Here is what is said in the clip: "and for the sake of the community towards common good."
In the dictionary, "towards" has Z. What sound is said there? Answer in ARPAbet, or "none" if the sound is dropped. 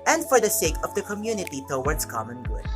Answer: S